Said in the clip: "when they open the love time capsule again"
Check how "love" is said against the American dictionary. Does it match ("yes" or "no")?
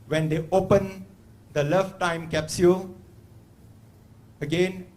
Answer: no